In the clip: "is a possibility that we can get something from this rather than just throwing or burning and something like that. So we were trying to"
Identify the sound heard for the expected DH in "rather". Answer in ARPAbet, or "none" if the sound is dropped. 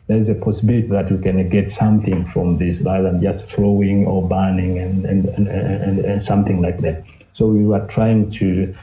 none